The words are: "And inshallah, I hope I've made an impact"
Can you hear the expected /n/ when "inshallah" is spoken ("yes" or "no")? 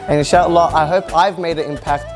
no